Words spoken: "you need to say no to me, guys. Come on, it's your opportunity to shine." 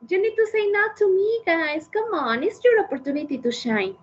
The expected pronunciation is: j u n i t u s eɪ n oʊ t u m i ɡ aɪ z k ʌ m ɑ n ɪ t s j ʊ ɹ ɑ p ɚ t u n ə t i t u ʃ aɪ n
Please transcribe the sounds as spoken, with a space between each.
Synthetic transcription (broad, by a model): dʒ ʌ n i t u s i n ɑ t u m i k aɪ s k ʌ m ɑ n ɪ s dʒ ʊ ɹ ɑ p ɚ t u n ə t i t u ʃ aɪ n